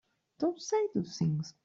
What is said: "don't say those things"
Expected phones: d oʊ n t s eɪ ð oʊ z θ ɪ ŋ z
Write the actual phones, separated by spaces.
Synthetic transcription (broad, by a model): d oʊ n t s eɪ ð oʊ θ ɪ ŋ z